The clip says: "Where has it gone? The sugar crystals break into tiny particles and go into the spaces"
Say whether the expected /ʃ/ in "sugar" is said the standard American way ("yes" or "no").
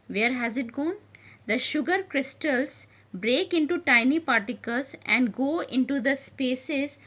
yes